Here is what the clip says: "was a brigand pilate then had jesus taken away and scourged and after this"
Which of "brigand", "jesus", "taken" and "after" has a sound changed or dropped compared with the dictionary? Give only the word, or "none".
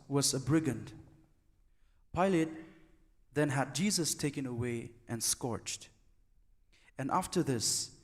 none